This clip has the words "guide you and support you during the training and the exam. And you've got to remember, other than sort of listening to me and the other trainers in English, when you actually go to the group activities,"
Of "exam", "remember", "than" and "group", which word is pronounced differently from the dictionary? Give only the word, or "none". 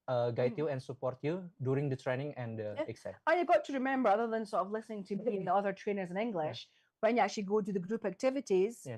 exam